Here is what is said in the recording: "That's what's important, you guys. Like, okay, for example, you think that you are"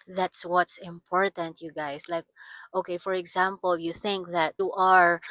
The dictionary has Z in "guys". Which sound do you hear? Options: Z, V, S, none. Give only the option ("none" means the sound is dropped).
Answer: S